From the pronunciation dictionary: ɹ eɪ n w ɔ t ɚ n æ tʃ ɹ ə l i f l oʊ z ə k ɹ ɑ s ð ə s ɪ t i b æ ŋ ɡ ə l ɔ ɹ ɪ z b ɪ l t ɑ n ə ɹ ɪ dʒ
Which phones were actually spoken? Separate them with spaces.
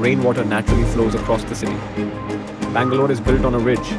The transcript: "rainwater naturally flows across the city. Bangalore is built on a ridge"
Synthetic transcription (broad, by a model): ɹ eɪ n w ɔ t ɚ n æ tʃ ɹ ə l i f l oʊ z ə k ɹ ɑ s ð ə s ɪ t i b æ ŋ ɡ ə l ɔ ɹ ɪ z b ɪ l t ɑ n ə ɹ ɪ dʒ